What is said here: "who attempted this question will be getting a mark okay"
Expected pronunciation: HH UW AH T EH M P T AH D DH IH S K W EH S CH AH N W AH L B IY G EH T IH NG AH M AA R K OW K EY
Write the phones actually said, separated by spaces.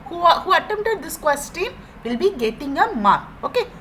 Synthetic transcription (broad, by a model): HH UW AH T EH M T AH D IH S K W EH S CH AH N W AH L B IY G EH T IH NG AH M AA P OW K EY